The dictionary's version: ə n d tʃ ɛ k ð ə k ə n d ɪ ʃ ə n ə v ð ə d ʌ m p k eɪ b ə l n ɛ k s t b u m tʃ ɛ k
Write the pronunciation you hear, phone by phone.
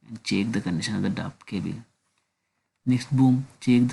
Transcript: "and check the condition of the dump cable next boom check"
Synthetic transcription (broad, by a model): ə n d tʃ ɛ k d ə k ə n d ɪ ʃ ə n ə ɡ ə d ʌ p k eɪ b ə l n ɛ k s t b u m tʃ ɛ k